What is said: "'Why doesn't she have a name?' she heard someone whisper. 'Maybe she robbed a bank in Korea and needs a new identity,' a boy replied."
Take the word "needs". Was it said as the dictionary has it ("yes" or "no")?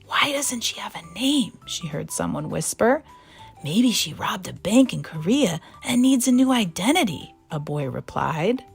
yes